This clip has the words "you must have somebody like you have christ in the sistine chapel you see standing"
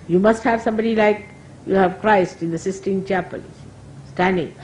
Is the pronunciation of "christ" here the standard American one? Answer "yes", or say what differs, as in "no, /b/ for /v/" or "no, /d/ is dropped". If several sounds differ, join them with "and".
yes